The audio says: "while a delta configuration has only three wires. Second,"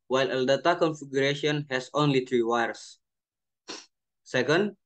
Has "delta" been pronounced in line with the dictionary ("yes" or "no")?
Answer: no